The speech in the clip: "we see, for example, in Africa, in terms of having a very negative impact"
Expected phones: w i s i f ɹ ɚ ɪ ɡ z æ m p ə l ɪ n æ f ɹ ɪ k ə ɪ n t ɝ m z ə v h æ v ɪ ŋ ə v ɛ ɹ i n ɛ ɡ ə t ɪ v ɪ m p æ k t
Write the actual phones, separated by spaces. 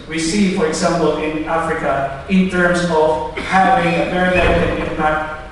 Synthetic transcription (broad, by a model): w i s i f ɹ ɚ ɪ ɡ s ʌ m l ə n ɪ n æ f ɹ ɪ k ə ɪ n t ɝ m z ə v h æ v ɪ ŋ ə v ɛ ɹ i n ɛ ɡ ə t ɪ ɪ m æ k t